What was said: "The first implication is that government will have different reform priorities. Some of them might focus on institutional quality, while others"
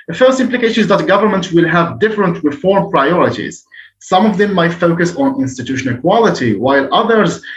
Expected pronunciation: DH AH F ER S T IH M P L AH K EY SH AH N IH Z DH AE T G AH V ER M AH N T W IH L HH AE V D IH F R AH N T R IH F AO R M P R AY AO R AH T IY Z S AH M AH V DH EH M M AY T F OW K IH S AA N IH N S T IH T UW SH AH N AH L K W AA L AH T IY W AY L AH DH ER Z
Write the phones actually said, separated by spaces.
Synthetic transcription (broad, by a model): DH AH F ER S T IH M P L AH K EY SH AH N IH Z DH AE T G AH V ER M AH N T W IH L HH AE V D IH F R AH N T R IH F AO R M P R AY AO R AH T IY Z S AH M AH V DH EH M M AY T F OW K IH S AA N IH N S T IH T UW SH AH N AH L K W AA L AH T IY W AY L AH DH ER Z